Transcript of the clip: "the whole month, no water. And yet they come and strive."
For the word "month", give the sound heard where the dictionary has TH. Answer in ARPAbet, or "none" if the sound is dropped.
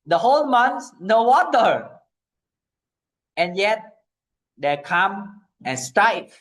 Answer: S